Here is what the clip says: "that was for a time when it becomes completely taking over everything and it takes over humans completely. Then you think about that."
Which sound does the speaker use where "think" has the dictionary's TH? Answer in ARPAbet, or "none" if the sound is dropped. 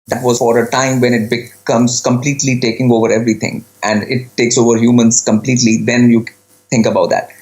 T